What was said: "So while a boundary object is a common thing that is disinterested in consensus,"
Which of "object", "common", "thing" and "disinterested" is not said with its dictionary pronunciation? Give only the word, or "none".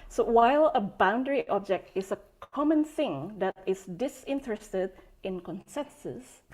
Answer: none